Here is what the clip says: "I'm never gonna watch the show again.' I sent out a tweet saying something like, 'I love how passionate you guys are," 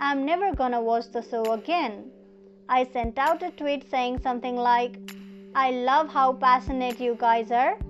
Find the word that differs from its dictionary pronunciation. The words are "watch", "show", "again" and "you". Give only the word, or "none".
show